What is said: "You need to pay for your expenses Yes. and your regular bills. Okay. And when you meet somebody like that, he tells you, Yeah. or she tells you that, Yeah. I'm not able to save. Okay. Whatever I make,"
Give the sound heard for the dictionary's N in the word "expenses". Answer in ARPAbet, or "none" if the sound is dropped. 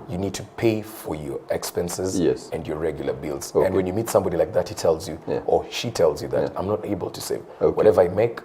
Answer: N